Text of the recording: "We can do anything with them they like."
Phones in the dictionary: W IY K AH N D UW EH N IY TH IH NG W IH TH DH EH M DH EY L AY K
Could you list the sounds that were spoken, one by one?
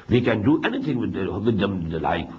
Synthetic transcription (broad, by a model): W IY K AH N D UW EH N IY T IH NG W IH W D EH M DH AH L AY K